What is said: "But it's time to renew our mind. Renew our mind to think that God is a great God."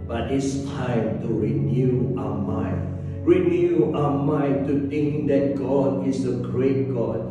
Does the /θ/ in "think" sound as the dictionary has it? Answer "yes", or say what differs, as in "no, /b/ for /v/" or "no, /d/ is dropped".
no, /t/ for /θ/